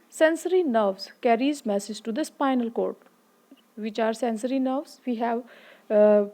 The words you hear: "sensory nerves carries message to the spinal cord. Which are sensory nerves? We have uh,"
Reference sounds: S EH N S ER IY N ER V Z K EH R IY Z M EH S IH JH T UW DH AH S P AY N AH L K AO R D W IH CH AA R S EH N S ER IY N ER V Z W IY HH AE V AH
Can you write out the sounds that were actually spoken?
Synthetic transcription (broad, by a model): S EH N S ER IY N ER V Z K EH R IY Z M EH S IH JH T UW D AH S P AY N AH L K AO R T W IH CH AA R S EH N S ER IY N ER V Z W IY HH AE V